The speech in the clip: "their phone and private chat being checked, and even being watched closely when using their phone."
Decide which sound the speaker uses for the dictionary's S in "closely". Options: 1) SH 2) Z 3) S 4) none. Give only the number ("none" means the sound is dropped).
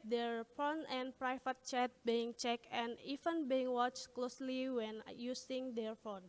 3